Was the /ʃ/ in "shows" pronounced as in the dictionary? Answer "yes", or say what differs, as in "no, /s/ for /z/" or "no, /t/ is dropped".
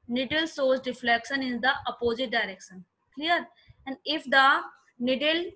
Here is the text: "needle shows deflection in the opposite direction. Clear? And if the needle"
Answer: no, /s/ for /ʃ/